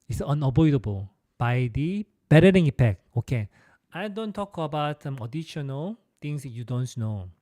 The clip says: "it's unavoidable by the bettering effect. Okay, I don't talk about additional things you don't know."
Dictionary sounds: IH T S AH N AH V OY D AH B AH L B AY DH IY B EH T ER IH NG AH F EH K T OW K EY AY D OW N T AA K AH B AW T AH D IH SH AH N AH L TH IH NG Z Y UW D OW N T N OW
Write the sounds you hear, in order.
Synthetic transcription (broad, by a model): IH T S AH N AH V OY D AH B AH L B AY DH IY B EH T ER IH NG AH P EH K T OW K EY AY D OW N T AA K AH B AW T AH D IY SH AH N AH L T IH NG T Y UW D OW N T N OW